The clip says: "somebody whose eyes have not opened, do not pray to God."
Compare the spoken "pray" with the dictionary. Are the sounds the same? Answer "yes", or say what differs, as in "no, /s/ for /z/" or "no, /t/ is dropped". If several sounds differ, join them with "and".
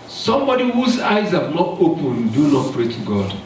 yes